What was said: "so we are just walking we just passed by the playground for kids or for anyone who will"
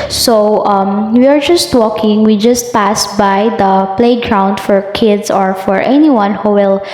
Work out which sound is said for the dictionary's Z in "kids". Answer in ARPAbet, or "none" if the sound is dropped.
S